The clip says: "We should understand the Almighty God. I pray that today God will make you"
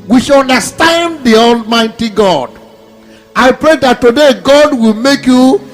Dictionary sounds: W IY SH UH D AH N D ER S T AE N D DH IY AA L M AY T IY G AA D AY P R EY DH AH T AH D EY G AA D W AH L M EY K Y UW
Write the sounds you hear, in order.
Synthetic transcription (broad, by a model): W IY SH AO N D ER S T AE N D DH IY AA L M AY T IY G AA D AY P R EY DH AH T AH D EY G AA D W AH L M EY K Y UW